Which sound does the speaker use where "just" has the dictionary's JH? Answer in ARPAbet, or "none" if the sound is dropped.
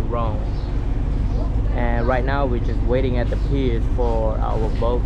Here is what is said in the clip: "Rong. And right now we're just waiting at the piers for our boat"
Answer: JH